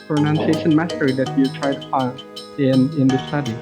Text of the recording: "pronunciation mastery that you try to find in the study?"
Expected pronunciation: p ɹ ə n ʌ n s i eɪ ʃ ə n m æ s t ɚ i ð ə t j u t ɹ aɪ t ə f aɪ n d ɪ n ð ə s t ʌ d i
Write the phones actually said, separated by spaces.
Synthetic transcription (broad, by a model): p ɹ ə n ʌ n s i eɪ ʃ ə n m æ t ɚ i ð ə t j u t ɹ aɪ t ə p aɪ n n ɪ n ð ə s t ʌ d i